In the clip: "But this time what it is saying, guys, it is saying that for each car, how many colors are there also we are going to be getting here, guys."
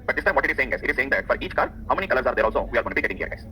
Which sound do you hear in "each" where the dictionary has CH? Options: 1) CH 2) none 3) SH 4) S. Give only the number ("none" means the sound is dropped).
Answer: 1